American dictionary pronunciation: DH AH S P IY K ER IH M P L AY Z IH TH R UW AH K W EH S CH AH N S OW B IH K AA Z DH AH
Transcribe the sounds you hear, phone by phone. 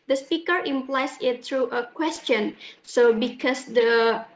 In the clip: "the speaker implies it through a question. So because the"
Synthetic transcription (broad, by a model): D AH S P IY K ER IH M P L AY S IH T R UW AH K W EH S CH AH N S OW B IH K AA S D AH